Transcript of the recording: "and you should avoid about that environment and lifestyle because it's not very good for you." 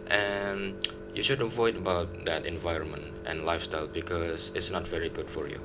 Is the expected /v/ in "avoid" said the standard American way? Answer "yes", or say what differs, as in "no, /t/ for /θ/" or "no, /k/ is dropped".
yes